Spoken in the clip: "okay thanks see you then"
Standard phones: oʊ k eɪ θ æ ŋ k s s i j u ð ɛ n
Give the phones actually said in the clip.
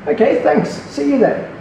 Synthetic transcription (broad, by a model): oʊ k eɪ θ æ ŋ k s s i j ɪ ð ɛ